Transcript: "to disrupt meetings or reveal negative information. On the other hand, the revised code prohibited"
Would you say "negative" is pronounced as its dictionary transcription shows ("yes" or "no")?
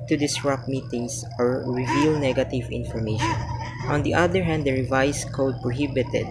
yes